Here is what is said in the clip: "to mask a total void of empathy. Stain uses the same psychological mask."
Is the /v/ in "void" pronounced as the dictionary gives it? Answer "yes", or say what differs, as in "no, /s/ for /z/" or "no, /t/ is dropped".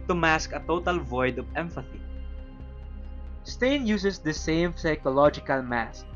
yes